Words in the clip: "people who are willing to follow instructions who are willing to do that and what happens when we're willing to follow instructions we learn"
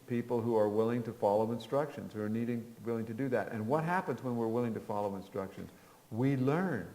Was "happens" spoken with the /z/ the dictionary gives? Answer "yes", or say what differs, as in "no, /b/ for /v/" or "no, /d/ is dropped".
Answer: yes